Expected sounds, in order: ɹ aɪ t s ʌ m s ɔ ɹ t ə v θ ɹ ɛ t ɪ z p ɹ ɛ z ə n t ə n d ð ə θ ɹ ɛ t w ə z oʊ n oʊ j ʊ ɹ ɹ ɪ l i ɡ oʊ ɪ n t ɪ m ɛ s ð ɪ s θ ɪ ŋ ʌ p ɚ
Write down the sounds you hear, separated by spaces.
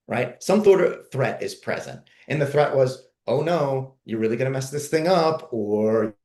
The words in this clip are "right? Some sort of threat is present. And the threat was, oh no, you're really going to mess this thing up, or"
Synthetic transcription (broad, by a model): ɹ aɪ t s ʌ m θ ɔ ɹ t ə v θ ɹ ɛ t ɪ z p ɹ ɛ z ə n t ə n ð ə θ ɹ ɛ t w ə z oʊ n oʊ j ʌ ɹ ɹ ɪ l i ɡ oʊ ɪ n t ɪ m ɛ s ð ɪ s θ ɪ ŋ ʌ p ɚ